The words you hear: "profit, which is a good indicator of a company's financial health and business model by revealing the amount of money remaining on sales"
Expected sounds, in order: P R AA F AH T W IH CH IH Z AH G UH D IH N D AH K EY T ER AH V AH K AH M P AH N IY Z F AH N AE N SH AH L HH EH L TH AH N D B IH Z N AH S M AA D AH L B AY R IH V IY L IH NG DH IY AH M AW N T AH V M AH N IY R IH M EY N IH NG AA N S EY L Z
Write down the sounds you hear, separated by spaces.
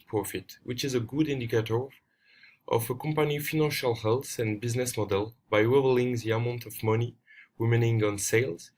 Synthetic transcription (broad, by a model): P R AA F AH T W IH CH IH Z AH G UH D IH N D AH K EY T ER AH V AH K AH M P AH N IY F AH N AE N SH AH L HH EH L TH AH N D B IH Z N AH S M AA D AH L B AY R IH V L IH NG DH IY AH M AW N T AH V M AH N IY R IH M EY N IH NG AA N S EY L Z